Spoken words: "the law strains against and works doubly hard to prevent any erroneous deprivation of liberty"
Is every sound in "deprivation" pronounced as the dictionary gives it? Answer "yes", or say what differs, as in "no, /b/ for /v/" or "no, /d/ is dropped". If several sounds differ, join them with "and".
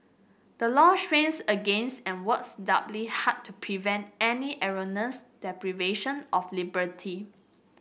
yes